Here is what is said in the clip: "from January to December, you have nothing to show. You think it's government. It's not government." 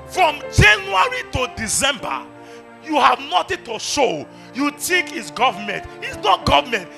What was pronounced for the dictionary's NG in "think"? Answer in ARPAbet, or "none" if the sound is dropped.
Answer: none